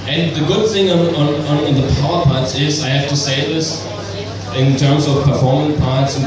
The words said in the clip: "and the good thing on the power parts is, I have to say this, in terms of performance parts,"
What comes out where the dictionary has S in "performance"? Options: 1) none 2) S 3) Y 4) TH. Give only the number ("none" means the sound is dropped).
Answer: 1